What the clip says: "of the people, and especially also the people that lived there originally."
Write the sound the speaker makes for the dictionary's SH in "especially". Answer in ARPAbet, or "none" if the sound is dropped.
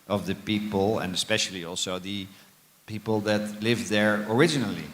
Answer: SH